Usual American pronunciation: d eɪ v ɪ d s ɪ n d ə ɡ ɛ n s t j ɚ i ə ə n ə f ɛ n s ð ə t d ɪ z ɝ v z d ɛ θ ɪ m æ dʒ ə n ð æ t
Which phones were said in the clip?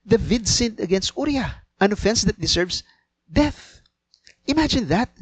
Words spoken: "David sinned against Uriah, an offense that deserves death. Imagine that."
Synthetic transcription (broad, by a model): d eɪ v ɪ d s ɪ n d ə ɡ ɛ n s t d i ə ə n ə f ɛ n s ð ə t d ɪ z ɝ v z d ɛ θ ɪ m æ dʒ ə n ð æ t